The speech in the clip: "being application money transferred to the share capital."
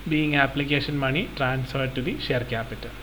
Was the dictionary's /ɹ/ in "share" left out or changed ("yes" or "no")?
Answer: no